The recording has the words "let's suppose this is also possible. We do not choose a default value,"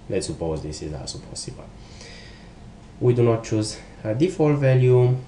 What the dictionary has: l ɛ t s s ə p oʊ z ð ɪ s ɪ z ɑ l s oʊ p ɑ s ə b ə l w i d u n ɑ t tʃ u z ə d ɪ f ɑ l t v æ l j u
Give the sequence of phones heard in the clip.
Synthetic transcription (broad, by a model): l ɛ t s s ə p oʊ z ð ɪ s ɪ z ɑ s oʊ p ɑ s ə b ə l w i d u n ɑ t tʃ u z ə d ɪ f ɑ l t v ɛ l j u